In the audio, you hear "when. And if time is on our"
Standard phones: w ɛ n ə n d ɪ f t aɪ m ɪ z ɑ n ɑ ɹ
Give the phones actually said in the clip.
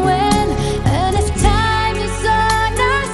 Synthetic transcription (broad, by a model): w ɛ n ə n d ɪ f t aɪ m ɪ s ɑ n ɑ